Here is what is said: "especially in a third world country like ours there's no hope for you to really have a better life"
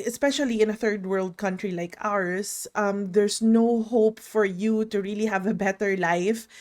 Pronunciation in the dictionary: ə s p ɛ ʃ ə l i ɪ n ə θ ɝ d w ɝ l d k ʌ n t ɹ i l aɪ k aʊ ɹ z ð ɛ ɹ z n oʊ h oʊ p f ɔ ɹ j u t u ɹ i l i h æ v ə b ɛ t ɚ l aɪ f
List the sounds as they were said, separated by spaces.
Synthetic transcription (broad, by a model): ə s p ɛ ʃ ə l i ɪ n ə θ ɝ d w ɝ l d k ʌ n t ɹ i l aɪ k aʊ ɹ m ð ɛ ɹ s n oʊ h oʊ p f ɔ ɹ j u t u ɹ i l i h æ v ə b ɛ t ɚ l aɪ f